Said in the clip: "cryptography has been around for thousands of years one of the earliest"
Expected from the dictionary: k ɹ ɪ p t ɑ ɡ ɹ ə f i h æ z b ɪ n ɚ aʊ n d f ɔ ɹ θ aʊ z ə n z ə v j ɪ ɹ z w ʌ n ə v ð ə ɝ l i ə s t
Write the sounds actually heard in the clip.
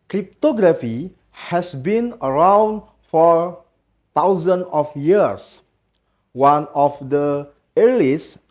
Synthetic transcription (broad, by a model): k ɹ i p t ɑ ɡ ɹ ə f i h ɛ s b ɪ n ɚ aʊ n d f ɔ ɹ t aʊ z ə n ə f j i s w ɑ n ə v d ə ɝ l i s